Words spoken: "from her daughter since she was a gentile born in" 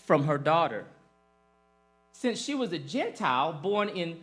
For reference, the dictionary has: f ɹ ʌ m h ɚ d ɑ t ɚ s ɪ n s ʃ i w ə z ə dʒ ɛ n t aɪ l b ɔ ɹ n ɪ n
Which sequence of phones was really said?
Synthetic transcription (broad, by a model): f ɹ ʌ m ɚ d ɑ t ɚ s ɪ n s ʃ i w ə z ə dʒ ɛ n t aɪ l b ɔ ɹ n ɪ n